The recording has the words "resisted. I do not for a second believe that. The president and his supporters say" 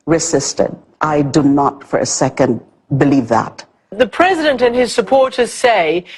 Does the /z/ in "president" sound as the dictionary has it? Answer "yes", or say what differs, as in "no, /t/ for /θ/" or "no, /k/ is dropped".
yes